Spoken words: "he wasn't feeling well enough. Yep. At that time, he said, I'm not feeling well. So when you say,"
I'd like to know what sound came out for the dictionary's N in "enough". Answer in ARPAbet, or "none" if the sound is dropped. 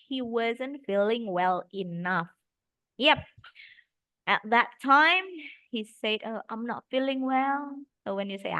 N